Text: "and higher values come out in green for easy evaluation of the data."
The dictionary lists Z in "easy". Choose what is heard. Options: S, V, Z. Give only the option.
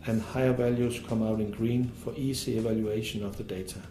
S